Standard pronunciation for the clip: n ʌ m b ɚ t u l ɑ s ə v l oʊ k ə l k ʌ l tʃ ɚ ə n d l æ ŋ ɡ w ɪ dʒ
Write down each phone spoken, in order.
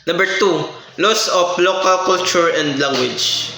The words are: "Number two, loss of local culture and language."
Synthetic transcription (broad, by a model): n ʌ m b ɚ t u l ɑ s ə p l oʊ k ə l k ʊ l tʃ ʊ ə n d l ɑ ŋ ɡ w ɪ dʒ